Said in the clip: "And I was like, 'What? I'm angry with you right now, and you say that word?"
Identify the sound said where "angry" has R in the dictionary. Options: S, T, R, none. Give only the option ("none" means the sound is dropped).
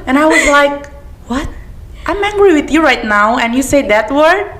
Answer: R